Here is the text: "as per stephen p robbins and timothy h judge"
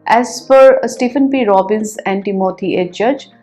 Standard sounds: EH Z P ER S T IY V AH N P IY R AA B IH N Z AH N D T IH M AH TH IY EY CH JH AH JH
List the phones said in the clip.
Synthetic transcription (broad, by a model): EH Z F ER S T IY F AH N P IY R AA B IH N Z AH N D T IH M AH T IY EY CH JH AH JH